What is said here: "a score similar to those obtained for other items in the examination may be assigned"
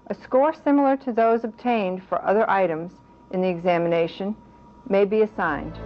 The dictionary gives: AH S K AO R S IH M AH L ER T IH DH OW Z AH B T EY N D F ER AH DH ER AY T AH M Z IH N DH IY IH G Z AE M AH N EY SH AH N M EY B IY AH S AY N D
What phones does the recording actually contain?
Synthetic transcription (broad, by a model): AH S K AO R S IH M L ER T IH DH OW Z AH B T EY N D F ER AH DH ER AY T AH M Z IH N DH IY IH G Z AE M AH N EY SH AH N M EY B IY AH S AY N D